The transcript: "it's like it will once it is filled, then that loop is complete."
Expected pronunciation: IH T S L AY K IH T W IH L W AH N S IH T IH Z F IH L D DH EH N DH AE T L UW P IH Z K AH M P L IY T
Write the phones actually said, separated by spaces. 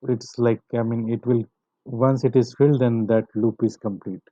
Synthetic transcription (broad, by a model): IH T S L AY K IH T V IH L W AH N S IH T IH Z F IH L D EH N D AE T L UW P IH Z K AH M P L IY T